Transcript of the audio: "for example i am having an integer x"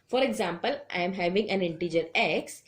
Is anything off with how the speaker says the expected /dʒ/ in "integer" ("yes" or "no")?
no